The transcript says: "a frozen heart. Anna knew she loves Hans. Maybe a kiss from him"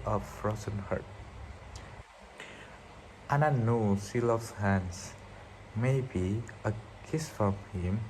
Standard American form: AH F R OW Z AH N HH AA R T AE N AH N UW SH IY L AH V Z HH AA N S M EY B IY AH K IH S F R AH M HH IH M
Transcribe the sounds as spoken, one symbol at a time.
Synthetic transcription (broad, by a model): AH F R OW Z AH N HH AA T T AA N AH N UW S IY L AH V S HH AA N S M EY B IY AH K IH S F R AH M HH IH M